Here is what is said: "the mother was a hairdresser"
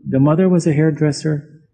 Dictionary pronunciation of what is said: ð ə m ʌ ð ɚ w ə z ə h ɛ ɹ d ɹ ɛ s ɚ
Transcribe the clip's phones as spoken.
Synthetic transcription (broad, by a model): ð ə m ʌ ð ɚ w ə z ə h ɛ ɹ d ɹ ɛ s ɚ